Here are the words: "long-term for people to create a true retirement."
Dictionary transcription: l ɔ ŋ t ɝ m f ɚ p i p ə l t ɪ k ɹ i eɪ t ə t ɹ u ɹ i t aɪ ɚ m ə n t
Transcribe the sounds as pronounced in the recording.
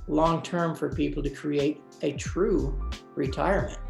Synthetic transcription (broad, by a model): l ɔ ŋ t ɝ m f ɚ p i p l t ɪ k ɹ i eɪ t ə t ɹ u ɹ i t aɪ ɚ m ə n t